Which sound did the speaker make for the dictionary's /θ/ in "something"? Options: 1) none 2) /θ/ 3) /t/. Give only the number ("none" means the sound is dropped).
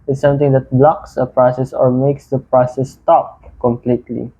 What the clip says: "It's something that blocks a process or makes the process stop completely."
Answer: 3